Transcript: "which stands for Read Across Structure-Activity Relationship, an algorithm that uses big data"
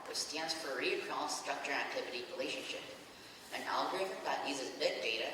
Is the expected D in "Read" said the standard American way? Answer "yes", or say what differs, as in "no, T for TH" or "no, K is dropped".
no, D is dropped